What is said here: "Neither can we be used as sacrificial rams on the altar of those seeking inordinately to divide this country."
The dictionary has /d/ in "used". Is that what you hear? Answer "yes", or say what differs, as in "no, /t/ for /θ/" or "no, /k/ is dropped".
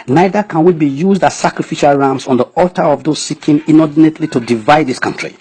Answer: yes